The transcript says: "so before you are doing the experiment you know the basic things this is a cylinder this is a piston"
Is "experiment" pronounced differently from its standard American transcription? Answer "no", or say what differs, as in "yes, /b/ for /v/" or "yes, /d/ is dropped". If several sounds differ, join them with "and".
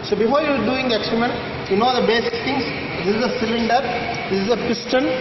yes, /p/ is dropped